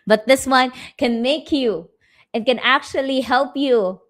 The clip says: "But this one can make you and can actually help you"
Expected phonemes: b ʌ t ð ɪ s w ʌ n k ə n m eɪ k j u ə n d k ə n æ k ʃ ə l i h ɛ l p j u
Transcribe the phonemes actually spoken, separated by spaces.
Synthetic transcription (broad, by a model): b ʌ t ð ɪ s w ʌ n k ə n m eɪ k j u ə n k ə n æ k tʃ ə l i h ɛ l p j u